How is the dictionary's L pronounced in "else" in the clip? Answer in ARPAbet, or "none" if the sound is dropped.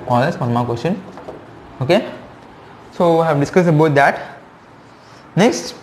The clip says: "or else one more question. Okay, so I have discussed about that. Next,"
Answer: none